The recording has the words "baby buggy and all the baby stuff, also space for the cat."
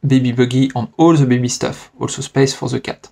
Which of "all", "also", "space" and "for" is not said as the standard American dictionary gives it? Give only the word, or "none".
none